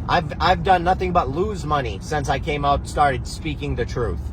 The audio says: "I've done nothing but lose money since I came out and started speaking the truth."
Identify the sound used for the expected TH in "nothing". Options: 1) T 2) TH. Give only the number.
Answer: 2